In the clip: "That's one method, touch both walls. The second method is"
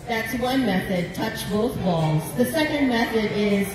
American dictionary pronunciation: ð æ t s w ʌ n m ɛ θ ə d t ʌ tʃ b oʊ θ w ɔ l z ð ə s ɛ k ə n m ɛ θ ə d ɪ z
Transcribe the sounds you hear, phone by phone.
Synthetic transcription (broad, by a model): ð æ t s w ʌ n m ɛ θ ə d t ʌ tʃ b oʊ θ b ɔ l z ð ə s ɛ k ə n m ɛ θ ə d ɪ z